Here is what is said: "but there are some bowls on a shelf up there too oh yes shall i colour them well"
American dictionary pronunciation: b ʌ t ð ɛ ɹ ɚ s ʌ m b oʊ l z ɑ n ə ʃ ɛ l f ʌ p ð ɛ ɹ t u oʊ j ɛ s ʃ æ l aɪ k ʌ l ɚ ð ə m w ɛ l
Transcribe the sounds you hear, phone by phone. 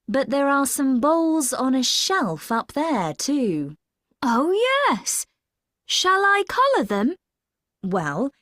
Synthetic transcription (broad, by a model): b ʌ t ð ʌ ɹ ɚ s ʌ m b oʊ l z n ə ʃ ɛ l f ʌ p ð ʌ ɹ t u oʊ j ɛ s ʃ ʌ l aɪ k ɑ l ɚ ð ə m w ɛ l